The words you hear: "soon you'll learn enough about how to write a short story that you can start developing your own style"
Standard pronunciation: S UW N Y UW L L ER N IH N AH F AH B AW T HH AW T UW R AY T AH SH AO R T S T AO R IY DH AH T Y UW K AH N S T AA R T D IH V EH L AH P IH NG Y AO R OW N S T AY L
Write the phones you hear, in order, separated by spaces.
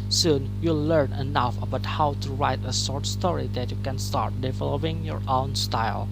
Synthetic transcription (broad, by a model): S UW N Y UW L L ER N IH N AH F AH B AW T HH AW T UW R AY T AH S AO R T S T AO R IY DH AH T Y UW K AH N S T AA R T D IH V EH L AH P IH NG Y AO R OW N S T AY L